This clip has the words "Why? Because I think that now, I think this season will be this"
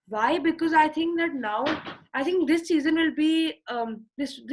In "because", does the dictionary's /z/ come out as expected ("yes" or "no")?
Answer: yes